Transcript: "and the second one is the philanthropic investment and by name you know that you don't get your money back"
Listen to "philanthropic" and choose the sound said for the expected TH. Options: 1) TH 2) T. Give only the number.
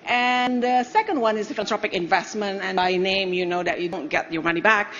2